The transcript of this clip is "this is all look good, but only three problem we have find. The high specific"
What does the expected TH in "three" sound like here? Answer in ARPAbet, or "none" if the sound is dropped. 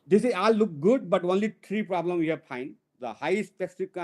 T